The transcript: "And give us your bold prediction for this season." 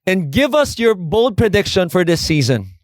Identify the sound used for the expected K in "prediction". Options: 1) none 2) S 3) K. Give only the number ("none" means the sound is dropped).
3